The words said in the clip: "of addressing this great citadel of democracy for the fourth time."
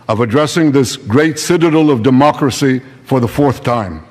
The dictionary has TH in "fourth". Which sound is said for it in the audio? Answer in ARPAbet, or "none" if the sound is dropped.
TH